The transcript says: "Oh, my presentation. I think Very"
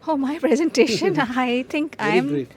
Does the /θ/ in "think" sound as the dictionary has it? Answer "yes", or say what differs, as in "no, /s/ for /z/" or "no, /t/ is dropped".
no, /t/ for /θ/